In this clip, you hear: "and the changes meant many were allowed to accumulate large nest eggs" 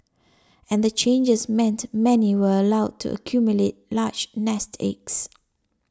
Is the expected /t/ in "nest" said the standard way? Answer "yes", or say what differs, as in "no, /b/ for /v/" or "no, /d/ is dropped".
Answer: yes